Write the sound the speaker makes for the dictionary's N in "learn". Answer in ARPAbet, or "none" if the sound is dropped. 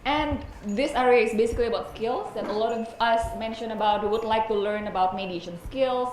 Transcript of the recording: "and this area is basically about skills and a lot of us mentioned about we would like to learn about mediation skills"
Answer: N